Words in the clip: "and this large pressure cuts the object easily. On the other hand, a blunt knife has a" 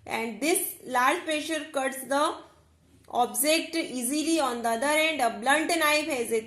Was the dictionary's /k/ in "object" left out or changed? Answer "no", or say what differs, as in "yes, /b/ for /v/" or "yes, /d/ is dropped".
no